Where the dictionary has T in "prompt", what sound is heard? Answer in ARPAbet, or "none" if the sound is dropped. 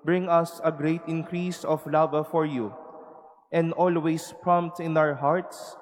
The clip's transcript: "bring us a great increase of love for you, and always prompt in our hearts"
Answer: T